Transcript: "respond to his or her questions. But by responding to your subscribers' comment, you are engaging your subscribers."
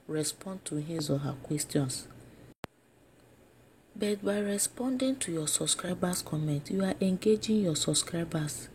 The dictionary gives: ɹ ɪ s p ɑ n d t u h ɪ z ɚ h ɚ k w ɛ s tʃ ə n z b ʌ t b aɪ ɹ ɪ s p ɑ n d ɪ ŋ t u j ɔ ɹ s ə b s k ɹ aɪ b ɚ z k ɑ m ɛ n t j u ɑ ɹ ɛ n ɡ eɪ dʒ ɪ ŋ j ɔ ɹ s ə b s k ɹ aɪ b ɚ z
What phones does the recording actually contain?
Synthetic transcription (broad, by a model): ɹ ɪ s p ɑ n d t u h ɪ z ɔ h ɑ k w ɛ s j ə n s b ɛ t b aɪ ɹ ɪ s p ɑ n d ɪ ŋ t u j ɔ s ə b s k ɹ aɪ b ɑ s k ɑ m ɛ n t j u ɑ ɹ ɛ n ɡ eɪ dʒ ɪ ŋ j ɔ s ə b s k ɹ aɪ b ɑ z